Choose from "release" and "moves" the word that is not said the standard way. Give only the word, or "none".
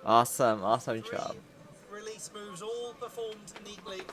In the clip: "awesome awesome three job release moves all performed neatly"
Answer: none